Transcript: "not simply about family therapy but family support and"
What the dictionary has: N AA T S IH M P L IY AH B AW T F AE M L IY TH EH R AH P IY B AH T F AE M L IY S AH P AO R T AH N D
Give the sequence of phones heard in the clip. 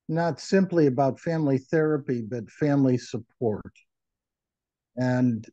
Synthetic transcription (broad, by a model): N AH T S IH M P L IY AH B AW T F AE M L IY TH EH R AH P IY B AH T F AE M L IY S AH P AO R T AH N